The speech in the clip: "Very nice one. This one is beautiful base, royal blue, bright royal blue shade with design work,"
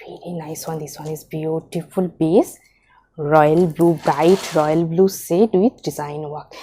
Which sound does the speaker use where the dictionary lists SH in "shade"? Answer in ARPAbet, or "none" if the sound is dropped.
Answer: S